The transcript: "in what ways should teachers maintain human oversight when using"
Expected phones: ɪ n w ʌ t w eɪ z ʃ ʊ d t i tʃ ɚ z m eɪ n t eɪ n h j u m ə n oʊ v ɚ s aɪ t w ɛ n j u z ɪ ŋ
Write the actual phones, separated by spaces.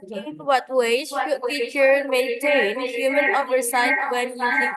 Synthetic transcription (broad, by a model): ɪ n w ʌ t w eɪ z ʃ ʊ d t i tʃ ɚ m eɪ n t eɪ n h j u m ə n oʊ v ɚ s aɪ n w ɛ n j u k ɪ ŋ